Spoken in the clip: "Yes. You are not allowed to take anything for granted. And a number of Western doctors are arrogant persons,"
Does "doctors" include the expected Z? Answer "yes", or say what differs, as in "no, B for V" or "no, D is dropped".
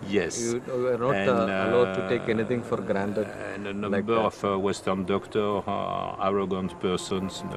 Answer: no, Z is dropped